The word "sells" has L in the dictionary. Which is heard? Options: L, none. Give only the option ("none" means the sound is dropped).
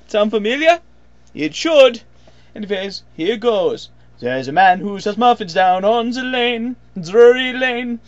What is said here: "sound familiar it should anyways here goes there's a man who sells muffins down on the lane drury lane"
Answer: none